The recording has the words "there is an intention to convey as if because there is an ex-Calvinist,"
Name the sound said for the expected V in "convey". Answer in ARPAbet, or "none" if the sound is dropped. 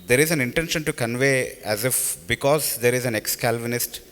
V